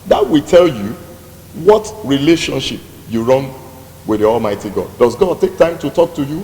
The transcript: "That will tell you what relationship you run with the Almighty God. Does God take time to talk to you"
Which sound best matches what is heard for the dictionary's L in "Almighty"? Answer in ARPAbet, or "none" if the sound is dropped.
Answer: L